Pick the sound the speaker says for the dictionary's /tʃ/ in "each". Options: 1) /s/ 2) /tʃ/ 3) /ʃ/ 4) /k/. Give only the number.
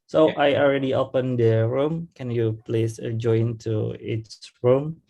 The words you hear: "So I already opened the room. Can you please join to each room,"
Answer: 1